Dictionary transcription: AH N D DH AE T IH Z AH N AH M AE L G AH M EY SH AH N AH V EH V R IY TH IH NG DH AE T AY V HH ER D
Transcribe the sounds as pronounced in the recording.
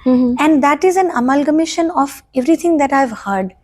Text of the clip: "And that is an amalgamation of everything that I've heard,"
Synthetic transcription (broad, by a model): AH N D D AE T IH Z AH N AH M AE L G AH M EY SH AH N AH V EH V R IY T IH NG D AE T AY V HH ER D